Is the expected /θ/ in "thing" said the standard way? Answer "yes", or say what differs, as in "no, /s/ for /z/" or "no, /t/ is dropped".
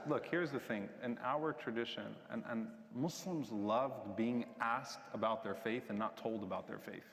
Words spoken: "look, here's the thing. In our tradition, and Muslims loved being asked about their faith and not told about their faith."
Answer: yes